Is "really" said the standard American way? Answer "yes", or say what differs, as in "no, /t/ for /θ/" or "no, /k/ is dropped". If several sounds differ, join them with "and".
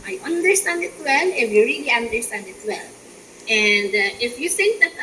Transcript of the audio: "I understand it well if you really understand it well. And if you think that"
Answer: yes